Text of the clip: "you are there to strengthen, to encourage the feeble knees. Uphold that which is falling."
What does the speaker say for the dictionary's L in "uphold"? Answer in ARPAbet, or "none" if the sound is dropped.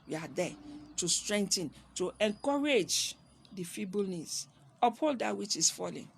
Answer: L